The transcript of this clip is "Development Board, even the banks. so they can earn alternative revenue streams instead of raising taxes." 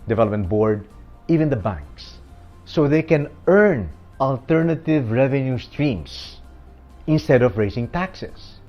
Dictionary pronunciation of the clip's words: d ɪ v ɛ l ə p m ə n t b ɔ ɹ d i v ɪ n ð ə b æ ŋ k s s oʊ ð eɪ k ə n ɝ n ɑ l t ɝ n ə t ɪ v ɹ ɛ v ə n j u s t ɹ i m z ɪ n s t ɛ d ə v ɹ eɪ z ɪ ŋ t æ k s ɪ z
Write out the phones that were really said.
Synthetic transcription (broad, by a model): d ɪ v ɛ l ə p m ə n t b ɔ ɹ d i v ɪ n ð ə b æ ŋ k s s oʊ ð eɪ k ə n ɝ n ɑ l t ɝ n ə t ɪ v ɹ ɛ v ə n j u s t ɹ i m s ɪ n s t ɛ d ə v ɹ eɪ s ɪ ŋ t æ k s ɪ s